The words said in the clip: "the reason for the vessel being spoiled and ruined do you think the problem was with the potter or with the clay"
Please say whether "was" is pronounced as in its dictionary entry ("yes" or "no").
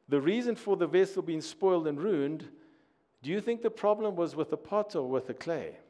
yes